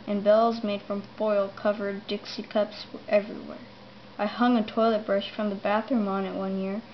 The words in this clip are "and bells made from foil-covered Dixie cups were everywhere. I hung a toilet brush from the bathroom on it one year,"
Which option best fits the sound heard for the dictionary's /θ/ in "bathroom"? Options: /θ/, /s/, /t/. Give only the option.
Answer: /θ/